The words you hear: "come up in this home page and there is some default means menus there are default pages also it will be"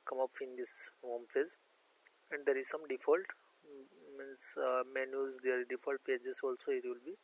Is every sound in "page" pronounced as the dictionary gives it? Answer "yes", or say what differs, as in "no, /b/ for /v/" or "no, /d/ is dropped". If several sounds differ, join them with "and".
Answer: no, /z/ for /dʒ/